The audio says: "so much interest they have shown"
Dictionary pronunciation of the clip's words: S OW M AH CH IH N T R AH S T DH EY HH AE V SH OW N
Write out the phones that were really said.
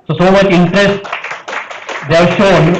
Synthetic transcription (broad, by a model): S OW M AH CH IH N T R AH S T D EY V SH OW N